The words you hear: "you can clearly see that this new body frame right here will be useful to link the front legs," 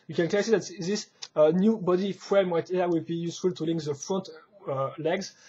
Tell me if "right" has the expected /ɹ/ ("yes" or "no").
no